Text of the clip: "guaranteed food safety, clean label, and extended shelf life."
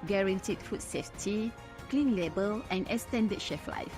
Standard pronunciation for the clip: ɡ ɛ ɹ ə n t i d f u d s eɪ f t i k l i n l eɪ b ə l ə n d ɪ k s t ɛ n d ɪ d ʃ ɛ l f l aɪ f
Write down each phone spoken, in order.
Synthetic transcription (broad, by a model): ɡ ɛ ɹ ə n t i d f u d s eɪ f t i k l i n l eɪ b ə l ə n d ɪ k s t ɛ n d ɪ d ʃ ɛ f l aɪ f